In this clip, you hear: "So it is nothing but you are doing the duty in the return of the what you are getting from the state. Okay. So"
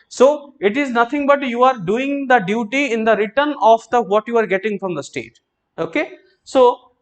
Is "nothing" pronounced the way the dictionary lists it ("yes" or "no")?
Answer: no